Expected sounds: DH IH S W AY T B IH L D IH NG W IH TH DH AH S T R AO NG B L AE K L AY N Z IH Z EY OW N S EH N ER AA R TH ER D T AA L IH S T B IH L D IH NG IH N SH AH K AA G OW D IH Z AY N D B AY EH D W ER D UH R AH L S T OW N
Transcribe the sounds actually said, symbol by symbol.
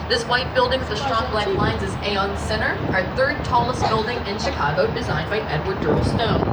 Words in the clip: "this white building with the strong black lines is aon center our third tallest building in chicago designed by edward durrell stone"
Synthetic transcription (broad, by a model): DH IH S W AY T B IH L D IH NG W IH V DH AH S T R AO NG B L AE K L AY N Z IH Z EY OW N S EH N ER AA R TH ER D T AA L IH S T B IH L D IH NG IH N SH AH K AA G OW D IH Z AY N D B AY EH D W ER D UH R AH L S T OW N